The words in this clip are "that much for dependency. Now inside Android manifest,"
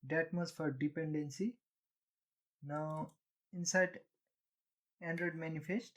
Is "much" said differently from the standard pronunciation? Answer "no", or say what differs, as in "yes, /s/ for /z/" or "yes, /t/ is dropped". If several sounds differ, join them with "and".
yes, /s/ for /tʃ/